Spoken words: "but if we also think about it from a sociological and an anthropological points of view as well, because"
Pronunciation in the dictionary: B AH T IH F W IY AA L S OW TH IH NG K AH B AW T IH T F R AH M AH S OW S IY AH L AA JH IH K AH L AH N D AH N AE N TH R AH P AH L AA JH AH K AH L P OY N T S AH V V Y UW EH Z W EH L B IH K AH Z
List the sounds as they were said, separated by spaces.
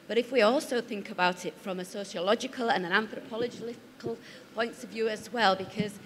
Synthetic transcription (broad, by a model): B AH T IH F W IY AA L S OW TH IH NG K AH B AW T IH T F R AH M AH S OW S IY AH L AA JH IH K AH L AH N AH N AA N TH R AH P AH L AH JH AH K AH L P OY N T S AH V V Y UW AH Z W EH L B IH K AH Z